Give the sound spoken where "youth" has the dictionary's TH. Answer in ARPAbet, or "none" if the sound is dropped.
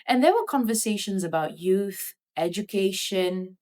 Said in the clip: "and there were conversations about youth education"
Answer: TH